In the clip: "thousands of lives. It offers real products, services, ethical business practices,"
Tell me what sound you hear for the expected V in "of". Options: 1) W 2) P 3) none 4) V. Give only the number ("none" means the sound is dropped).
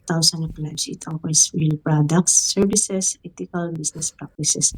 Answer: 2